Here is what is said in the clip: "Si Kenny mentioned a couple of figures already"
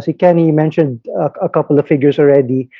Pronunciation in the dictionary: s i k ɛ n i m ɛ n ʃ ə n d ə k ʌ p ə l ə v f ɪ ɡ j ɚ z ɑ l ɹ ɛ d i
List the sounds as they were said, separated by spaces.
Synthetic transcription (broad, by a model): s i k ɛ n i m ɛ n ʃ ə n d ə k ʌ p ə l ə v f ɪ ɡ j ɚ s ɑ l ɹ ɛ d i